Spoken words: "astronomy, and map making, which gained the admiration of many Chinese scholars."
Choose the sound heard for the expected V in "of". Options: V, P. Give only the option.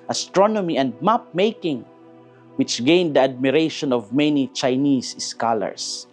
V